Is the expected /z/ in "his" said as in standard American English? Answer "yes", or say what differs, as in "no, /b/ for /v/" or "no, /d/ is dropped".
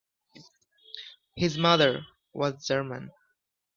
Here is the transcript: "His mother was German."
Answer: yes